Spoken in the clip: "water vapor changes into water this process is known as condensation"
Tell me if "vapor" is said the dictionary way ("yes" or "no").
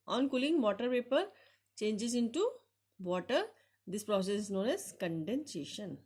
no